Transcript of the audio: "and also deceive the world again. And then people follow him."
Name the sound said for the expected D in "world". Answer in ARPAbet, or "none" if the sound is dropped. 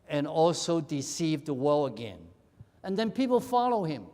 none